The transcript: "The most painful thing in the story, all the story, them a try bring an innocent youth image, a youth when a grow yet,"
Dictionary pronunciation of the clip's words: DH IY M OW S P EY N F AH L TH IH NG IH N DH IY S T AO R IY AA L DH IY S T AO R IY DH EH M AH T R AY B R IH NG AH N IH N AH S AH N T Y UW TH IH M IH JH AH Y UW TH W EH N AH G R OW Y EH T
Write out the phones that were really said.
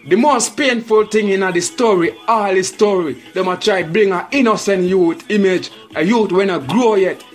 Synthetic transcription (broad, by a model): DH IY M OW S P EY N F AH L T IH NG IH N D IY S T AO R IY AA L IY S T AO R IY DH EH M AH T R AY B R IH NG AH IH N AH S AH N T Y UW T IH M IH JH AH Y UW T W EH N AH G R OW Y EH T